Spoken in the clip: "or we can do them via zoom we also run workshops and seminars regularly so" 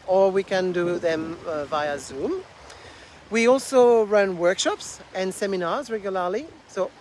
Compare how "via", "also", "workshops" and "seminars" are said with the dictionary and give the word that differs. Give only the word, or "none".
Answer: none